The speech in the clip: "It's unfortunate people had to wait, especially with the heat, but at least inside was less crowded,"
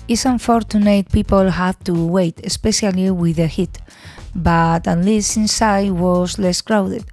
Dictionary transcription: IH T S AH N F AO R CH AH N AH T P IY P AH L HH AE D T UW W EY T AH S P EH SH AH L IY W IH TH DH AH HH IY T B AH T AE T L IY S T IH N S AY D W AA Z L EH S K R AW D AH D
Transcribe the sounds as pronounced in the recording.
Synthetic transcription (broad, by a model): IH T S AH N F AO R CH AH N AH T P IY P AH L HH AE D T UW W EY T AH S P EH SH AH L IY W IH DH AH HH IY T B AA T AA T L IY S IH N S AY D W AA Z L EH S K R AW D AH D